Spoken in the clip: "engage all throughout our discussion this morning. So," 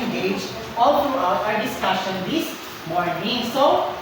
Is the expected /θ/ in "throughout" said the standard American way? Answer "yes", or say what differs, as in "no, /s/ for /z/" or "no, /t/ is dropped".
no, /t/ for /θ/